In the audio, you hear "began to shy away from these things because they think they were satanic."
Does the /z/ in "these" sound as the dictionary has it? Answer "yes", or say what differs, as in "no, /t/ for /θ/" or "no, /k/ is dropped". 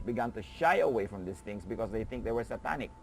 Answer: no, /s/ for /z/